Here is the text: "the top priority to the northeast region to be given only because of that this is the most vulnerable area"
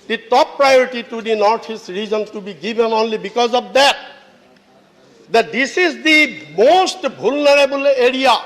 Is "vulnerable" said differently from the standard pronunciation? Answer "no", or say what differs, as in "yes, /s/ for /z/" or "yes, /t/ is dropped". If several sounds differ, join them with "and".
yes, /b/ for /v/